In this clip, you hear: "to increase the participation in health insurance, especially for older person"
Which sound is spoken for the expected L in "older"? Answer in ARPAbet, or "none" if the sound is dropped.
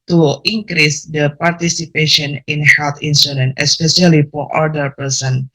none